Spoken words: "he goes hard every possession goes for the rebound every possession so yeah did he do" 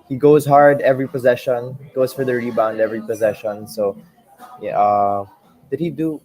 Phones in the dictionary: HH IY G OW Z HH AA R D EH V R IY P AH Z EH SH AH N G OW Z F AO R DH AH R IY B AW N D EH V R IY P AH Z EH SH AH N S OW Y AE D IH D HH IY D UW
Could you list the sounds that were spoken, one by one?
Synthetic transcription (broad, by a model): HH IY G OW Z HH AA R D EH V R IY P AH Z EH SH AH N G OW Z F AO R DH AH R IY B AW N D EH V R IY P AH Z EH SH AH N S OW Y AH D IH D HH IY D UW